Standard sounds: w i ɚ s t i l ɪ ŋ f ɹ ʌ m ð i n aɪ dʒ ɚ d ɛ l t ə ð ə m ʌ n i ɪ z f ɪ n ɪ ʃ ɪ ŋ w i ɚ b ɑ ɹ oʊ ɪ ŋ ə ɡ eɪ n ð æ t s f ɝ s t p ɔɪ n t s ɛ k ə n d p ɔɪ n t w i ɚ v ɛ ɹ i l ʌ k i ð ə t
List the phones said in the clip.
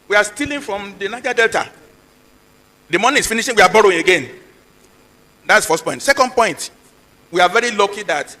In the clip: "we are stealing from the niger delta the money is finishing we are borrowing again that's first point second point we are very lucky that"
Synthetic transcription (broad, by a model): w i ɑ s t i l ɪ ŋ f ɹ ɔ m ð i n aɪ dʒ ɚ d ɛ l t ə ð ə m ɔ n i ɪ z f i n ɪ ʃ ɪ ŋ w i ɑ b ɑ ɹ oʊ ɪ ŋ ə ɡ eɪ n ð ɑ t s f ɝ s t p ɔɪ n t s ɛ k ə n d p ɔɪ n t w i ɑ v ɛ ɹ i l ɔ k i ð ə t